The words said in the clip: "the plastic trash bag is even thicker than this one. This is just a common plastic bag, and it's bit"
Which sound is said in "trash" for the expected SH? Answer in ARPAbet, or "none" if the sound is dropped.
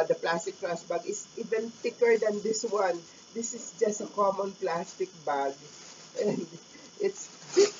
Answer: S